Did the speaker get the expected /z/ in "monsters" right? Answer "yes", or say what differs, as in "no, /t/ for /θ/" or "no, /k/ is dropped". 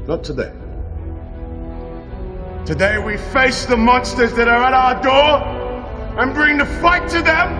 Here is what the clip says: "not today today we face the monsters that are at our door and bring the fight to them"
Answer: yes